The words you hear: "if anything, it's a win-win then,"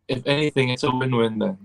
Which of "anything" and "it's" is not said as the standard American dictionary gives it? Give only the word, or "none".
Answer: none